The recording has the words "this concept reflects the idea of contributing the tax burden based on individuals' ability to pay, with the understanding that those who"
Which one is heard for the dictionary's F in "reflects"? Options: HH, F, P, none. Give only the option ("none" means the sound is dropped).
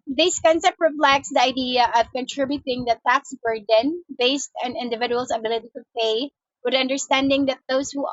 P